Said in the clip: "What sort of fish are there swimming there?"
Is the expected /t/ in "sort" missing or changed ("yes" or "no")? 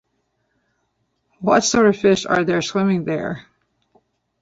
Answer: yes